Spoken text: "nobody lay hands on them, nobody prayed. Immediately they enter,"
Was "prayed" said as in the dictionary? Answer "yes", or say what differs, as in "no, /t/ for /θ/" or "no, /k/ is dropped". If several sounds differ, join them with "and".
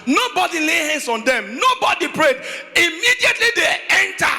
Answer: yes